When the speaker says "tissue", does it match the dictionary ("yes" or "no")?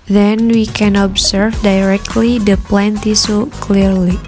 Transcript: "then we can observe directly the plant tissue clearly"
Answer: no